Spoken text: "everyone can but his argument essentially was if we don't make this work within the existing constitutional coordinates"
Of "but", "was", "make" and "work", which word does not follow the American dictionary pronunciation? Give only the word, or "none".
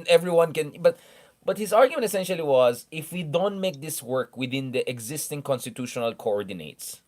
none